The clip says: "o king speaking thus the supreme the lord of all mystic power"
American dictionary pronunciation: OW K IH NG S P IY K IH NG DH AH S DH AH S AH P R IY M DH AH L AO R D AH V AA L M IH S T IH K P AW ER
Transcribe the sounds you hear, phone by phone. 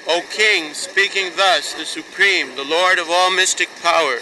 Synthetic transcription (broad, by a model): OW K IH NG S P IY K IH NG DH AH S DH AH S AH P R IY M DH AH L AO R D AH V AA L M IH S T IH K P AW ER